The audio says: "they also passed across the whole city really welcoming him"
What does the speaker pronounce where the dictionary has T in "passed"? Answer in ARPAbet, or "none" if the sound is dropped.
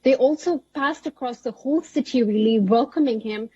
T